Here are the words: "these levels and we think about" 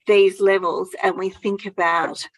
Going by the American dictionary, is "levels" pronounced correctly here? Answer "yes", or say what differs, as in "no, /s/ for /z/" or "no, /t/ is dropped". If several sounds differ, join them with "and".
yes